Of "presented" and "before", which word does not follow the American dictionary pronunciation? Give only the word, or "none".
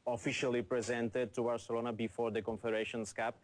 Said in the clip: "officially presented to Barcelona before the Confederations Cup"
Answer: none